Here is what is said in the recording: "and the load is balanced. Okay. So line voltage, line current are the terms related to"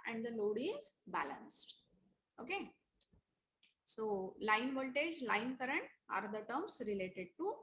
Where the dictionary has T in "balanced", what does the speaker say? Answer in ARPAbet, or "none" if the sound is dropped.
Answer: T